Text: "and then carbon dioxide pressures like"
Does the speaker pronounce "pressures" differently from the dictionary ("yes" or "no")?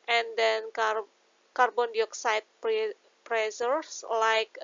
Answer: yes